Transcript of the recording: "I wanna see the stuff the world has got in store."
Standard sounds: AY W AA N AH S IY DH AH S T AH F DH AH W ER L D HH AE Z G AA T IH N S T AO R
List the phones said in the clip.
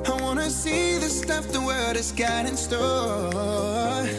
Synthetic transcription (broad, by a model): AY W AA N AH S IY DH AH S T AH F DH AH W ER D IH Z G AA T IH N S T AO